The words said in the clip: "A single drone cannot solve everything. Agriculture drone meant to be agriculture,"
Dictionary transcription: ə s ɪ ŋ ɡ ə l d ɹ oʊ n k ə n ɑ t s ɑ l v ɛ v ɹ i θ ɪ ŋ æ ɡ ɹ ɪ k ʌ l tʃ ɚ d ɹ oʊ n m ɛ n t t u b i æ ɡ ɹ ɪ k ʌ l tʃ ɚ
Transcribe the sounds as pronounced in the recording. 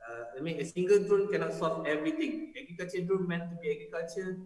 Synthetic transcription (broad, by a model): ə s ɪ ŋ ɡ ə l d ɹ oʊ n k ə n ɑ t s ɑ v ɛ v ɹ i t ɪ ŋ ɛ ɡ ɹ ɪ k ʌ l tʃ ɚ d ɹ oʊ n m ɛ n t t u b i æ ɡ ɹ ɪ k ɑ l tʃ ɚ